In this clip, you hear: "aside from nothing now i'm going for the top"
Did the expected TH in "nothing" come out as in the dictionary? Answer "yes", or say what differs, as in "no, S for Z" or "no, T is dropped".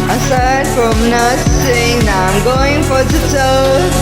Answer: no, S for TH